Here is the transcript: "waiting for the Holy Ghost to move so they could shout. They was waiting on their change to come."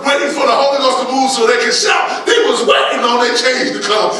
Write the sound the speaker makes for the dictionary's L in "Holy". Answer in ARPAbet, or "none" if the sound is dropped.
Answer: none